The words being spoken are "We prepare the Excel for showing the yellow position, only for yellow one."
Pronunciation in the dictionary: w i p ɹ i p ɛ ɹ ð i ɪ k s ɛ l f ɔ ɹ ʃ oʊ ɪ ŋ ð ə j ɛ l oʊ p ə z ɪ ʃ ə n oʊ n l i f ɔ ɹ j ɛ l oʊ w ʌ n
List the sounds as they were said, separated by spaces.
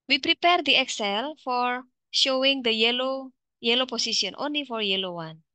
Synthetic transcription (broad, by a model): w i p ɹ i p ɛ ɹ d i ɪ k s ɛ l f ɔ ɹ ʃ oʊ ɪ ŋ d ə j ɛ l oʊ p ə s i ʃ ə n oʊ n l i f ɔ ɹ j ɛ l oʊ w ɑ n